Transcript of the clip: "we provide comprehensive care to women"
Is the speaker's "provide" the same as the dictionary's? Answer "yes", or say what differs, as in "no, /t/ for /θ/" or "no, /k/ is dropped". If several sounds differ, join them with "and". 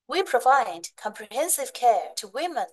yes